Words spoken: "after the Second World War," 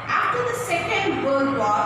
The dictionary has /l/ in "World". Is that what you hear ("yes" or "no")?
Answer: no